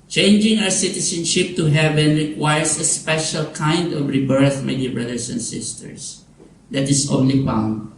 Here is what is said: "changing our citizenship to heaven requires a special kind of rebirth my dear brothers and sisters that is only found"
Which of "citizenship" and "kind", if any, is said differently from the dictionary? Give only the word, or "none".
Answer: citizenship